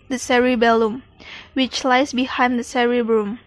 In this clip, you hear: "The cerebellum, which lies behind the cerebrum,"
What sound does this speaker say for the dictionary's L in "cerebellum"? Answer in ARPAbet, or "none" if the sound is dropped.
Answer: L